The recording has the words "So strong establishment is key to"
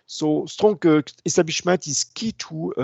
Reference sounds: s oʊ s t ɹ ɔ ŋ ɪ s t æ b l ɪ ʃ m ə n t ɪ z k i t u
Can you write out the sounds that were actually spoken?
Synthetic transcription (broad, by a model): s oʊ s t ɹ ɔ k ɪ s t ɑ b ɪ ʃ m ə t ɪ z k i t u